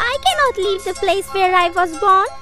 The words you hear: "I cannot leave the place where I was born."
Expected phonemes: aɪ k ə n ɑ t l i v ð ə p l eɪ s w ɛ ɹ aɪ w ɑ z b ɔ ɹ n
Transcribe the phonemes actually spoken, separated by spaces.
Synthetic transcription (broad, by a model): aɪ k ə n ɑ t l i v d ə p l eɪ s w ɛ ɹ aɪ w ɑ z b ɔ n